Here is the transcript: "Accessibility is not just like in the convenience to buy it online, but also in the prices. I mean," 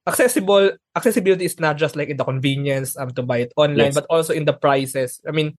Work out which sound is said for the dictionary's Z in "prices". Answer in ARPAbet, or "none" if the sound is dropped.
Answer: S